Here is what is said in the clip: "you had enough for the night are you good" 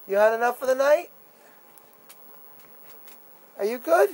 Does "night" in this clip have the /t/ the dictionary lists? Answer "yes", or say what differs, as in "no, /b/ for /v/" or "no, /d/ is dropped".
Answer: yes